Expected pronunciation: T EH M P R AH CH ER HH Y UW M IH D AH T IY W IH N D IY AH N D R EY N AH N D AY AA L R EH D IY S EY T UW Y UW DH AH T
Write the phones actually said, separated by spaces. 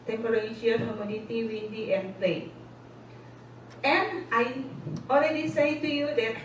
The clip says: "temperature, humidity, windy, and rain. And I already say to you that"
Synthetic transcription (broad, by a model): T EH M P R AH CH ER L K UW M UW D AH T IY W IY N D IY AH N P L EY AH N AY AA L R EH D IY S EY T UW Y UW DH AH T